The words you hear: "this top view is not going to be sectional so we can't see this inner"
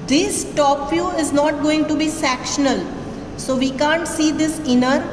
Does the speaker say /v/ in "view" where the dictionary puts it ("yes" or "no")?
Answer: no